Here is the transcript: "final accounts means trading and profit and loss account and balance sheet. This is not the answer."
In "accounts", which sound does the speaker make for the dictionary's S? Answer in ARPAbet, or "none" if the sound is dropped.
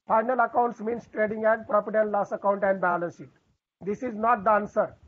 S